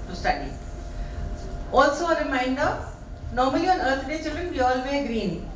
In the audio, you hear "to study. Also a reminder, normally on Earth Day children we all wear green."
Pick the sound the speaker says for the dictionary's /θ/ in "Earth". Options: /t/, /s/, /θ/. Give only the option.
/t/